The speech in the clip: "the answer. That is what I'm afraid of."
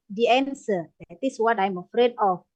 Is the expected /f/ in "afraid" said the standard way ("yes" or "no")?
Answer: yes